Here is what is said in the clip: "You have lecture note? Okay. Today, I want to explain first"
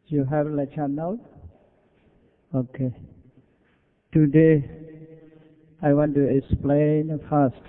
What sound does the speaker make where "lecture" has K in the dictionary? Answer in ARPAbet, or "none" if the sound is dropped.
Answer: none